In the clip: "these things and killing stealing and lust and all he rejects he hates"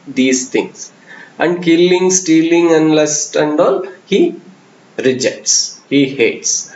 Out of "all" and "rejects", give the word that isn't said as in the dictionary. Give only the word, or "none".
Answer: none